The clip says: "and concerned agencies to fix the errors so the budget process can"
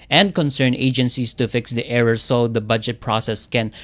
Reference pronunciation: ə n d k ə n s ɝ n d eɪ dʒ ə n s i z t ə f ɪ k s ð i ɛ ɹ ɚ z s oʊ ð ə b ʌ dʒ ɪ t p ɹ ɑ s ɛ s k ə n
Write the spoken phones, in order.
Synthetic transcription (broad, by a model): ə n d k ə n s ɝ n eɪ dʒ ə n s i s t ə f ɪ k s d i ɛ ɹ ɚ s oʊ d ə b ʌ dʒ ɪ t p ɹ ɑ s ɛ s k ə n